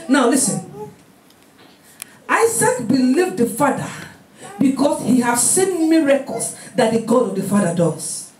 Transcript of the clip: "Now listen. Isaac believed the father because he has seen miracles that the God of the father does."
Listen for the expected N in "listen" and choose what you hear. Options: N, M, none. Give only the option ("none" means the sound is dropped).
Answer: N